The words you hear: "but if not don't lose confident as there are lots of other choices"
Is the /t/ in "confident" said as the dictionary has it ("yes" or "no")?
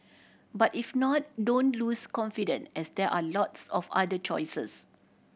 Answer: no